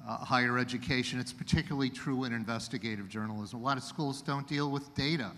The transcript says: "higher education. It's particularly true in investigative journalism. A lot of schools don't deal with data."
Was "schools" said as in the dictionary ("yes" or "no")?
yes